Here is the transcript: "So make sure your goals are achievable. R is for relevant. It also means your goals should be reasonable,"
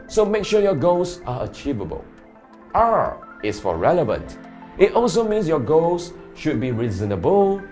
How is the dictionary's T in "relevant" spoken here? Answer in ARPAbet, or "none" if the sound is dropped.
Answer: T